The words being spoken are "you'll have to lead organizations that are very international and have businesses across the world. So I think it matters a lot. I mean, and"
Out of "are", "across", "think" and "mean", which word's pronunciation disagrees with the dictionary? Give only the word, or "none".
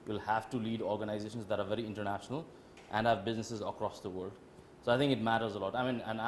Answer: think